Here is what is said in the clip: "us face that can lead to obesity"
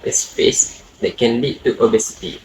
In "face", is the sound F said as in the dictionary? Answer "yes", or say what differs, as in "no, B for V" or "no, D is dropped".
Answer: no, P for F